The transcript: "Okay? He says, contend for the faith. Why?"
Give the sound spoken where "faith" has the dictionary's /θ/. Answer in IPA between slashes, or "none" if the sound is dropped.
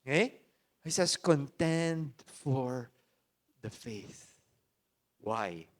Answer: /θ/